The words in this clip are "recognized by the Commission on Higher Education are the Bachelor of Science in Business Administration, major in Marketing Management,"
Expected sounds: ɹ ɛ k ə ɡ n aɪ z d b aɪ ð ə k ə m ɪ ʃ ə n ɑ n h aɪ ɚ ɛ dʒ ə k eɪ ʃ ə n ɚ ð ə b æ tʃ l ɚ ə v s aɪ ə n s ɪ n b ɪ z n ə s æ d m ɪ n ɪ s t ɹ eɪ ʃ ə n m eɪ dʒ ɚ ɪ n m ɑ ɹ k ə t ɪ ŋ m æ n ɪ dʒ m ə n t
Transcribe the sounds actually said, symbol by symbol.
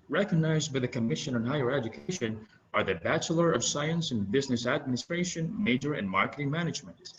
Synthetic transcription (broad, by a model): ɹ ɛ k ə ɡ n aɪ z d b aɪ ð ə k ə m ɪ ʃ ə n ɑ n h aɪ ɚ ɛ dʒ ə k eɪ ʃ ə n ɚ ð ə b æ tʃ l ɚ ə v s aɪ ə n s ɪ n b ɪ z n ə s æ d m ɪ n ɪ s t ɹ eɪ ʃ ə n m eɪ dʒ ɚ ɪ n m ɑ ɹ k ə t ɪ ŋ m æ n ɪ dʒ m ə n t